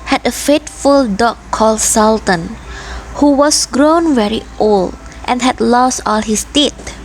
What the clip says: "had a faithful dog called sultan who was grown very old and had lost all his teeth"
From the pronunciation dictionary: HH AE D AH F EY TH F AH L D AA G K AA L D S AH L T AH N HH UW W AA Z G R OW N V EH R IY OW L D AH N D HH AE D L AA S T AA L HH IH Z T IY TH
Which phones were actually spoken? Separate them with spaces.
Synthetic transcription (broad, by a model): HH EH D AH F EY T F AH L D AA K AA L D S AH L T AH N HH UW W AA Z G R OW N V EH R IY OW L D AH N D HH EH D L AA S T AA L HH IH S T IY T